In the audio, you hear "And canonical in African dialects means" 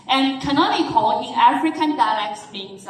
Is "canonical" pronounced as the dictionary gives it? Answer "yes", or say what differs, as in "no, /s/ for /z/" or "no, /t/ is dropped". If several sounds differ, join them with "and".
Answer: no, /n/ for /l/